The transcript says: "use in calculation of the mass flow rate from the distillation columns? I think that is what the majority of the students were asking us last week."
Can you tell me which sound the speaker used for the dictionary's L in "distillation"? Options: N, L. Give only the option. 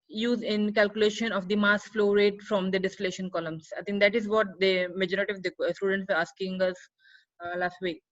L